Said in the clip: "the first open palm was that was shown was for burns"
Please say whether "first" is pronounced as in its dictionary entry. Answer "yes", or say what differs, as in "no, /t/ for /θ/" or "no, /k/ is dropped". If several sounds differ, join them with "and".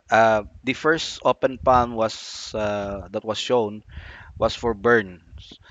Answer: yes